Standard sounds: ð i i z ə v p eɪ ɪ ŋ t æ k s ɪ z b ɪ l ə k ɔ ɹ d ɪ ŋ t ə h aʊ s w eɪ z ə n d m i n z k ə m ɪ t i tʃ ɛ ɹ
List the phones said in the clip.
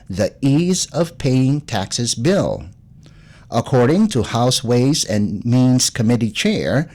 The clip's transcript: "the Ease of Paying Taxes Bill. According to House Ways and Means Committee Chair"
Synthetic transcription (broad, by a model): ð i i z ə v p eɪ ɪ ŋ t æ k s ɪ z b ɪ l ə k ɔ ɹ d ɪ ŋ t ə h aʊ s w eɪ z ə n m i n z k ə m ɪ t i tʃ ɛ ɹ